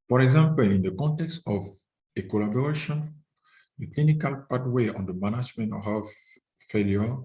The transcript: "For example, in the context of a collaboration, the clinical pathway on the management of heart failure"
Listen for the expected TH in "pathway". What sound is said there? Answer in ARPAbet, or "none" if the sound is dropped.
T